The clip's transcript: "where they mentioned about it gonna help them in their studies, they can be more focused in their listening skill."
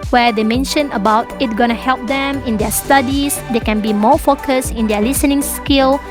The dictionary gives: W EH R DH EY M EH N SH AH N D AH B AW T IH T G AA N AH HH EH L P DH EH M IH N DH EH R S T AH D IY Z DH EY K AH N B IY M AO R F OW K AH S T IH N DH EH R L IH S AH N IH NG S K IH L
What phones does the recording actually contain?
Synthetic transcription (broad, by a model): W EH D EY M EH N SH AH N AH B AW T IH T G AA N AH HH EH L P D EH M IH N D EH S T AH D IY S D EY K AH N B IY M AO F OW K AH S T IH N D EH L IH S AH N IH NG S K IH L